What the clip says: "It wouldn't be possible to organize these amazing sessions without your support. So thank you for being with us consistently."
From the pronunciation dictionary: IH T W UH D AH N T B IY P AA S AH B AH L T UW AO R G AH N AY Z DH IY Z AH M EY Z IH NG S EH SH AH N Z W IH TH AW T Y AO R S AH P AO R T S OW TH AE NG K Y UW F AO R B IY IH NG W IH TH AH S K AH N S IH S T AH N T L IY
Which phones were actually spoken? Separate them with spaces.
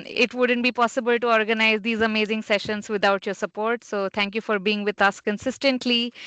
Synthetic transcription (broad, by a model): IH T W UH D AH N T B IY P AA S AH B AH L T UW AO R G AH N AY Z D IY Z AH M EY Z IH NG S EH SH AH N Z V IH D AW T Y AO R S AH P AO R T S OW T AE NG K Y UW F AO R B IY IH NG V IH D AH S K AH N S IH S T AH N T L IY